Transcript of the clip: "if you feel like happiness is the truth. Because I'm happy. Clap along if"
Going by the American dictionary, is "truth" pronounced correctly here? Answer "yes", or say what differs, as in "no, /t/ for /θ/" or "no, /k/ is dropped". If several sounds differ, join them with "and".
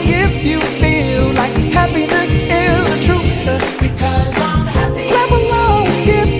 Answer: no, /s/ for /θ/